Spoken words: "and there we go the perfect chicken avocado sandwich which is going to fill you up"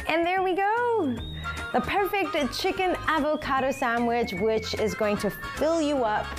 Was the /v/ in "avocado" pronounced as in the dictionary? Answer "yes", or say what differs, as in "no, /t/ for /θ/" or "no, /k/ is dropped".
yes